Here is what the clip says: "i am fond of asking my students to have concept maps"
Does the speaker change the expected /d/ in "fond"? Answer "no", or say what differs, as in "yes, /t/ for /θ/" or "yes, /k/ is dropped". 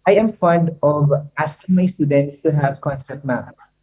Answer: no